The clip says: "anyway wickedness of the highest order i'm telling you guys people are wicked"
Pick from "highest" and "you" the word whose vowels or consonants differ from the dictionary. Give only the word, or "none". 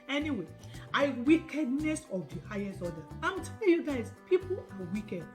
none